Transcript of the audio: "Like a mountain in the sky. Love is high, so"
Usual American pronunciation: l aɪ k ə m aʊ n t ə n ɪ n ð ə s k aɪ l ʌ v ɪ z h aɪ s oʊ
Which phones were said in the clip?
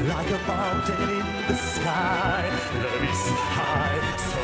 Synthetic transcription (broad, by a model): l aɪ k ə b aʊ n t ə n ɪ n ð ə s k aɪ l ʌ ɪ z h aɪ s